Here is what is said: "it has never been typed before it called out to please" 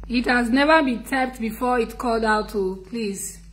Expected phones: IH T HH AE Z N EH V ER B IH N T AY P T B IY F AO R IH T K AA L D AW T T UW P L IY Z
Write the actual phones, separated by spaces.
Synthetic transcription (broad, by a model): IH T HH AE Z N EH V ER B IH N T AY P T B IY F AO IH T K AA L D AW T T UW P L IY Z